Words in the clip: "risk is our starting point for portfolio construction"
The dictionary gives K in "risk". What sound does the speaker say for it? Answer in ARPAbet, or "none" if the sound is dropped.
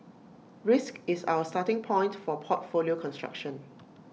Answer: K